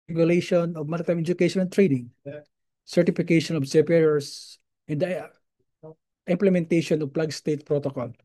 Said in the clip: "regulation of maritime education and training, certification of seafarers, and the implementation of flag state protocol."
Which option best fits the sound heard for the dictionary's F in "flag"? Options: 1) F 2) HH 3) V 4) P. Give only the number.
4